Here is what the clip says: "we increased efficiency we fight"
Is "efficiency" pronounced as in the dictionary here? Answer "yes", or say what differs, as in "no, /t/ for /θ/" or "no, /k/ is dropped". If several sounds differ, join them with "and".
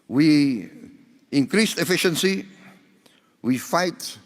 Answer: yes